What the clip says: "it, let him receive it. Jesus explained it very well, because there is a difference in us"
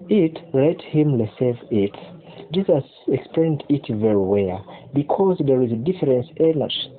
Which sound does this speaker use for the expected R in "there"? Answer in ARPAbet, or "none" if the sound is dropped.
R